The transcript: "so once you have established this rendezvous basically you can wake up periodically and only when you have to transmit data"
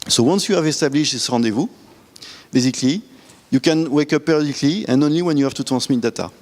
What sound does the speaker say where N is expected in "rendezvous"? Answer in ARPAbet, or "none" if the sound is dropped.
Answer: none